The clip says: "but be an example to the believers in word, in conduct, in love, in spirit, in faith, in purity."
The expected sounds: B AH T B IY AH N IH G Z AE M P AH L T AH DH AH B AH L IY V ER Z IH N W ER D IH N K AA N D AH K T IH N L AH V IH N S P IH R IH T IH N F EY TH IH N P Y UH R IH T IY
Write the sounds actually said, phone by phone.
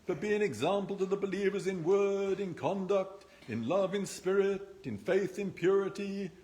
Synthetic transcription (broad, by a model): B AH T B IY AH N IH G Z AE M P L T AH DH AH B AH L IY V ER Z IH N W ER D IH N K AA N D AH K T IH N L AH V IH N S P IH R IH T IH N F EY TH IH N P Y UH R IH T IY